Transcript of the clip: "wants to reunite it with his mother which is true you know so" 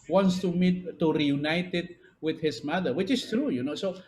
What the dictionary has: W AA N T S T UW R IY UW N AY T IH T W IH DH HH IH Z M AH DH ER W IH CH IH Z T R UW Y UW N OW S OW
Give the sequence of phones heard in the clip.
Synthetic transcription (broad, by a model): W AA N T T T UW R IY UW N AY T IH T W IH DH HH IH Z M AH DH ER W IH CH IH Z T R UW Y UW N OW S OW